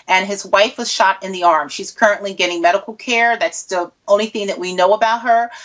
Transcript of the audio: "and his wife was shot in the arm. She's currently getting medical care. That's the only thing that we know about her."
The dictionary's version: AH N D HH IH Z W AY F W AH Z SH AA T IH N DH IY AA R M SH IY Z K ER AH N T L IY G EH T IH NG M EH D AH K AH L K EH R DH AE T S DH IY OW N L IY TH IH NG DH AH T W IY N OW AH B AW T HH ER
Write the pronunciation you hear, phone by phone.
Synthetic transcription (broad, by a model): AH N IH Z W AY F W AH Z SH AA T IH N DH IY AA R M SH IY Z K ER AH N T L IY G EH T IH NG M EH D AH K L K EH R DH AE T S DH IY OW N L IY TH IH NG DH AH T W IY N OW AH B AW T HH ER